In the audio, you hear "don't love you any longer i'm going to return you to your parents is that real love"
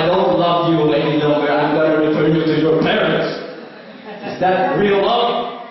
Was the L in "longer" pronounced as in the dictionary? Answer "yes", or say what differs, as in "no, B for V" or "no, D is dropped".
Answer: no, N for L